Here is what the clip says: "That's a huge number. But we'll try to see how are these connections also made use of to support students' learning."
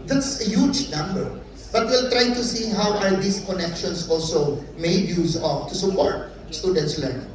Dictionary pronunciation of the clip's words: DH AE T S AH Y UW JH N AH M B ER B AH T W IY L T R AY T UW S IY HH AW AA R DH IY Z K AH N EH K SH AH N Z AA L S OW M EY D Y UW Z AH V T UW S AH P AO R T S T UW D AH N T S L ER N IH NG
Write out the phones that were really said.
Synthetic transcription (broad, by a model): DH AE T S AH Y UW JH N AH M B ER B AH T W IY L T R AY T UW S IY HH AW AA R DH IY S K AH N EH K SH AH N S AA L S OW M EY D Y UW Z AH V T UW S AH P AO R T S T UW D AH N T S L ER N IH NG